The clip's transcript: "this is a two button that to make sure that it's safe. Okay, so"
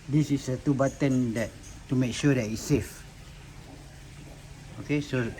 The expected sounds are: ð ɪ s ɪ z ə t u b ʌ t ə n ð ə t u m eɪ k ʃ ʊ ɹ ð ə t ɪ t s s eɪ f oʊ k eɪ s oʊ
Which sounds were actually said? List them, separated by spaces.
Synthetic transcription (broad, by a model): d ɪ s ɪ s ə t u b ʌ t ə n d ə t u m eɪ k ʃ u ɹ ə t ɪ s s eɪ f oʊ k eɪ s oʊ